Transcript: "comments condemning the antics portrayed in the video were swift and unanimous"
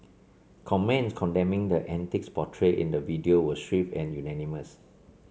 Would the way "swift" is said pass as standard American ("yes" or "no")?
no